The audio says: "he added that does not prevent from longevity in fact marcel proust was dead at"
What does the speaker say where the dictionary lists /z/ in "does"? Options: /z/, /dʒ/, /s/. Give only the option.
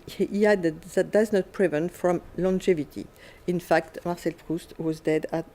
/z/